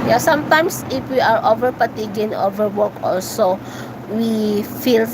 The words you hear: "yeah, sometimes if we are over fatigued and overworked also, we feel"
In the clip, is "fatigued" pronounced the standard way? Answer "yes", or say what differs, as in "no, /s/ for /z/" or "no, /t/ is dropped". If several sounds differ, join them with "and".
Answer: no, /p/ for /f/ and /d/ is dropped